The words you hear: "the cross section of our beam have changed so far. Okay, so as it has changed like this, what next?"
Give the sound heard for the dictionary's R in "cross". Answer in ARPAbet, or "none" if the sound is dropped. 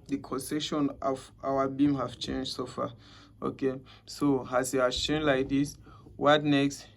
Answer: none